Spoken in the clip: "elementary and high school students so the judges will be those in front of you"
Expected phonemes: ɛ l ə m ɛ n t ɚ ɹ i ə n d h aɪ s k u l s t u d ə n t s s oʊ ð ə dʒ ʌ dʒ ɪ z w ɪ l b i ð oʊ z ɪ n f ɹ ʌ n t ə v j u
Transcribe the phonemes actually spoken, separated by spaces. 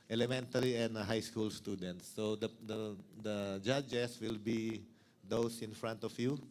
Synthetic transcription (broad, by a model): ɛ l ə m ɛ n t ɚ ɹ i ə n d h aɪ s k u l s t u d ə n t s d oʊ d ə dʒ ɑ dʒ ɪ s w ɪ l b i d oʊ s ɪ n f ɹ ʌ n t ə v j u